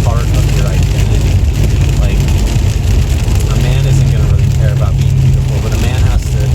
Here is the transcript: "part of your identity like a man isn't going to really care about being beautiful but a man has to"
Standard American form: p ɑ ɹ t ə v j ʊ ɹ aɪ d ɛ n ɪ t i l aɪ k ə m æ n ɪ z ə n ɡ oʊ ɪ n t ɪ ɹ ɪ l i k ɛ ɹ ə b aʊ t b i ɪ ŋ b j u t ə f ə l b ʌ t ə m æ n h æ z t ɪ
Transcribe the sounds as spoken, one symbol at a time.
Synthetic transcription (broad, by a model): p ɑ ɹ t ə v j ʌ ɹ aɪ d ɛ n ɪ t i l aɪ k ə m æ n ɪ z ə n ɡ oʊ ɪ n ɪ ɹ ɪ l i k ɛ ɹ ə b aʊ t b i ɪ ŋ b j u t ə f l b ʌ t ə m æ n h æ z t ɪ